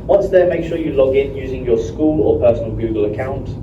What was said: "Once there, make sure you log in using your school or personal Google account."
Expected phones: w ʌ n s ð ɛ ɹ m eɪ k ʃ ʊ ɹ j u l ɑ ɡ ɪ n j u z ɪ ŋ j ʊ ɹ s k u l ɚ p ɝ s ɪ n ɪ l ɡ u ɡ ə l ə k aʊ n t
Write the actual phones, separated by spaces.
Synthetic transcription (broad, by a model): w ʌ n s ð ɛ m eɪ k ʃ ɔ j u l ɑ ɡ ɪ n j u z ɪ ŋ j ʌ s k u l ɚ p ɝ s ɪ n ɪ l ɡ u ɡ ə l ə k aʊ n t